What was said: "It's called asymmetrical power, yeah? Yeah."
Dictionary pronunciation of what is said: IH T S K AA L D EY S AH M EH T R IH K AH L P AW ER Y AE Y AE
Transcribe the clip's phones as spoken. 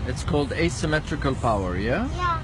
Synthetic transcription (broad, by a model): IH T S K AA L D EY S AH M EH T R IH K AH L P AW ER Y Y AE